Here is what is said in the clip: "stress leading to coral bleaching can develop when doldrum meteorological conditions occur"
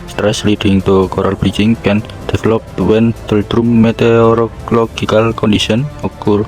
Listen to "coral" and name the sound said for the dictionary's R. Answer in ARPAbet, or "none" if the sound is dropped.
R